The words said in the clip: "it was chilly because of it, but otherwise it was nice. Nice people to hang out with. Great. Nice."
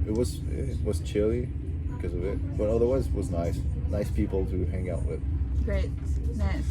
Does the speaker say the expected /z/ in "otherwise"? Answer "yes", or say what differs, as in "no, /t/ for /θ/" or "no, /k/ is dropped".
yes